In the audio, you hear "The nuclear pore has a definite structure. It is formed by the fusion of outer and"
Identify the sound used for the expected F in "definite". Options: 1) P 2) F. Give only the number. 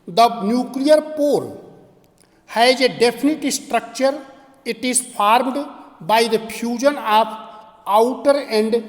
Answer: 1